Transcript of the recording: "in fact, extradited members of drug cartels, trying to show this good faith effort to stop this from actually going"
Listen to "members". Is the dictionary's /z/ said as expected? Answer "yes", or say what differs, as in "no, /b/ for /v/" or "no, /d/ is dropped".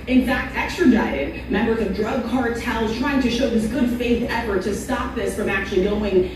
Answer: yes